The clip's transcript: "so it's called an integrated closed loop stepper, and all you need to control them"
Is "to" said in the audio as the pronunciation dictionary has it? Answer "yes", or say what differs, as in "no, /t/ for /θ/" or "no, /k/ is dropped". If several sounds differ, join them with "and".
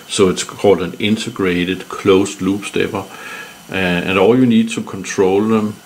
no, /s/ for /t/